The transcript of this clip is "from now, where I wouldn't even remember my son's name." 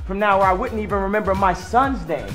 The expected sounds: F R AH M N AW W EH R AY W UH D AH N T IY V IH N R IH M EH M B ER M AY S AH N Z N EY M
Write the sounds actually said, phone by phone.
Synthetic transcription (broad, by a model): F R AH M N AW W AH R AY W UH D N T IY V IH N R IH M EH M B ER M AY S AH N Z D EY